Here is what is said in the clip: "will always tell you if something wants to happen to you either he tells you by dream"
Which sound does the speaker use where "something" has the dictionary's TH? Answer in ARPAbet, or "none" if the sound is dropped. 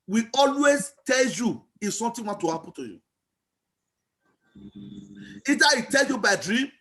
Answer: T